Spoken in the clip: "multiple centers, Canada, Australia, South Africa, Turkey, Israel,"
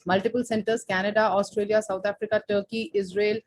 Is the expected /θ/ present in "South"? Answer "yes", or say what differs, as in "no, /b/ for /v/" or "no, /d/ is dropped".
no, /t/ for /θ/